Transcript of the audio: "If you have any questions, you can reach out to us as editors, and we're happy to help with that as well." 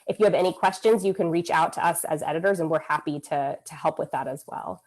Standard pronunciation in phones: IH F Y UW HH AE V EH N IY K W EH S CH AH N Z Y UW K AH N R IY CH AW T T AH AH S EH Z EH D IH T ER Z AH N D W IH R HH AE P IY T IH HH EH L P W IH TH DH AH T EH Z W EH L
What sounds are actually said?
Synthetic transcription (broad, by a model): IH F Y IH V EH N IY K W EH S CH AH N Z Y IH K AH N R IY CH AW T T AH AH S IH Z EH D IH T ER Z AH N W IH R HH AE P IY T IH HH EH L P W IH DH AH T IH Z W EH L